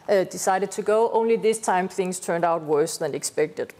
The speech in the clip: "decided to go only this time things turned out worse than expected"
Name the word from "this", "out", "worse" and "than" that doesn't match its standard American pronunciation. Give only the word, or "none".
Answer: none